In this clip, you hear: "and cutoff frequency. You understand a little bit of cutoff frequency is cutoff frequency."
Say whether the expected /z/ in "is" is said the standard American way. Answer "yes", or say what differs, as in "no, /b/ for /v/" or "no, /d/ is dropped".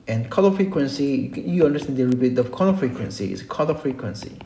no, /s/ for /z/